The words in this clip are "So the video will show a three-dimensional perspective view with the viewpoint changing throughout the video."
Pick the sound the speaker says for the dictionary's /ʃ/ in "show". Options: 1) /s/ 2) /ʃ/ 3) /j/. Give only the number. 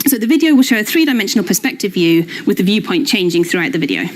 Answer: 2